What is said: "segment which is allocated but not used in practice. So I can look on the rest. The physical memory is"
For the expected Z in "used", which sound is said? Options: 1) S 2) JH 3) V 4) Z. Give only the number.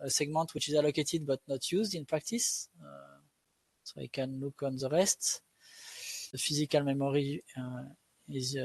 4